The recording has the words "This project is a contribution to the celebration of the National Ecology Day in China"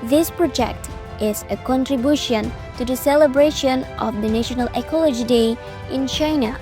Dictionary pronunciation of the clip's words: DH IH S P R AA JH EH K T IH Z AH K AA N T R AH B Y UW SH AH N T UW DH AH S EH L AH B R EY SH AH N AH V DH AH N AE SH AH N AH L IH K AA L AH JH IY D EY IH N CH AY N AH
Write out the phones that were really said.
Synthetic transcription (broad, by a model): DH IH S P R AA JH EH K T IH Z AH K AA N T R AH B Y UW SH AH N T UW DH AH S EH L AH B R EY SH AH N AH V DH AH N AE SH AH N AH L IH K AA L AH JH IY D EY IH N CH AY N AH